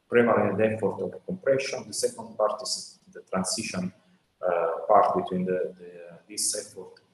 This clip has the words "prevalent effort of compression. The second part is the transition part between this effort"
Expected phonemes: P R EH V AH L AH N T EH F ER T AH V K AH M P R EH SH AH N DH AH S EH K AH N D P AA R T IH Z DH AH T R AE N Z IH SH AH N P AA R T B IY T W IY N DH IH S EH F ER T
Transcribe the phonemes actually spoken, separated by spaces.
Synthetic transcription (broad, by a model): P R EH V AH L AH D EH F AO T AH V K AH M P R EH SH AH N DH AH S EH K AH N D P AA R T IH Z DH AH T R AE N S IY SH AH N P AA R T B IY T W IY N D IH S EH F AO T